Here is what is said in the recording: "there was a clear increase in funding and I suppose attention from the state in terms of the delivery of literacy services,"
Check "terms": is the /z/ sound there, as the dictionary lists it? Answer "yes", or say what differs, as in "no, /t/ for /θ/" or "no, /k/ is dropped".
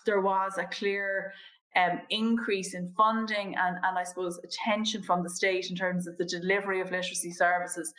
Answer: yes